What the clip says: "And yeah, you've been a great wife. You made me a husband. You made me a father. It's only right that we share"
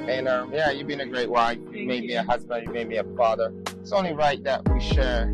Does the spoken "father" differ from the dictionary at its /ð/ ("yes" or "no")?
no